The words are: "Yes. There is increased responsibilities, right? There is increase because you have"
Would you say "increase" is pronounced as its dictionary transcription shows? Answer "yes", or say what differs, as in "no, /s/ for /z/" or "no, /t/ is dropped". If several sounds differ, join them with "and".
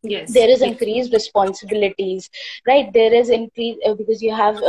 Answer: no, /s/ is dropped